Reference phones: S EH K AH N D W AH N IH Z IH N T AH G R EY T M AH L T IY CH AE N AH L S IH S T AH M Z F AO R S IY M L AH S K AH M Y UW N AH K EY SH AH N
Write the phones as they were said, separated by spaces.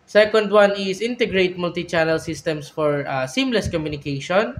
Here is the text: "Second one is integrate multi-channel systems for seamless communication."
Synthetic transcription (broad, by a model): S EH K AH N D W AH N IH S IH N T AH G R EY T M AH L T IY CH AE N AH L S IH S T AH M S F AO R S IY M L AH S K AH M Y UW N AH K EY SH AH N